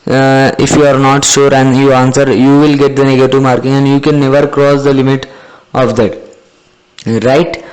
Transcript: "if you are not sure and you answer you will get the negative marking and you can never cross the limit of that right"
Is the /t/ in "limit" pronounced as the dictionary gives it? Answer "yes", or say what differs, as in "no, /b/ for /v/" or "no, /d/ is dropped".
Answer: yes